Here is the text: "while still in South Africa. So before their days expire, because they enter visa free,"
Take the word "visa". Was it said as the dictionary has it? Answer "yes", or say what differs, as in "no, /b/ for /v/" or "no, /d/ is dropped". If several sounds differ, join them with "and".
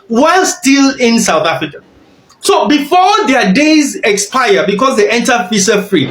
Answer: no, /f/ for /v/ and /s/ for /z/